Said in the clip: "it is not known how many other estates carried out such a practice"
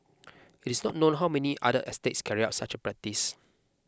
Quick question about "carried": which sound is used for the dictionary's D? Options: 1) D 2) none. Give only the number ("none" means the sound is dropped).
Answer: 2